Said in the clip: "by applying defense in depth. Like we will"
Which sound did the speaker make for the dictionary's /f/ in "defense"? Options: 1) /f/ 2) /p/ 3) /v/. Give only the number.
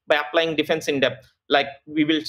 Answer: 1